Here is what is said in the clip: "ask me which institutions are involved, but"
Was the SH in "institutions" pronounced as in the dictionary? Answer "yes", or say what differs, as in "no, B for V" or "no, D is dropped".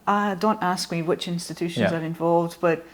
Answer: yes